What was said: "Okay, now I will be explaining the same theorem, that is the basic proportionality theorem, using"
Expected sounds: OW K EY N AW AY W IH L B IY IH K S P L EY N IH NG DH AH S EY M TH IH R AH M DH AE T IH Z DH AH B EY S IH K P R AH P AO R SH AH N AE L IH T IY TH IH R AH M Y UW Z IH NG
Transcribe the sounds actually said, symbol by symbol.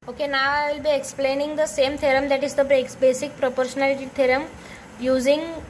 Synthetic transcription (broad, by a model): OW K EY N AW AY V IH L B IY IH K S P L EY N IH NG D AH S EY M T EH R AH M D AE T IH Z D AH B EY S IH K P R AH P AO R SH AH N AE L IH T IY T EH R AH M Y UW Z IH NG